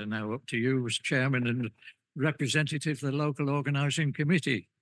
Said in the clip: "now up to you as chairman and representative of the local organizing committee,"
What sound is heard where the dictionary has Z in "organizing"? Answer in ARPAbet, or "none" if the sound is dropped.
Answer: Z